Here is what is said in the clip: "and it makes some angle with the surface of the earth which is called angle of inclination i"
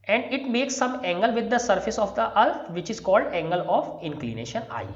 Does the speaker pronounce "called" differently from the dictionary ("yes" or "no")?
no